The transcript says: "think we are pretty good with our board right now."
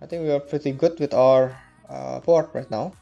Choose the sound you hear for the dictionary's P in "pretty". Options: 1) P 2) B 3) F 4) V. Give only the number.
1